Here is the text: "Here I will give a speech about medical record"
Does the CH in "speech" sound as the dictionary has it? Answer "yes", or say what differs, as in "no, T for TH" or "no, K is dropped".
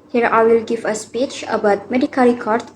yes